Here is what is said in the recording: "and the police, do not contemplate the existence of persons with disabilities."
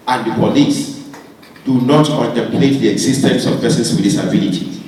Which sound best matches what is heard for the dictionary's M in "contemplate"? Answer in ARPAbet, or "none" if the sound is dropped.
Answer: none